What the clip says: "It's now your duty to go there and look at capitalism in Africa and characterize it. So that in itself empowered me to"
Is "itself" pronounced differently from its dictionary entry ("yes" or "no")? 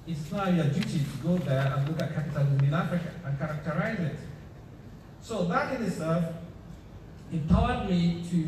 yes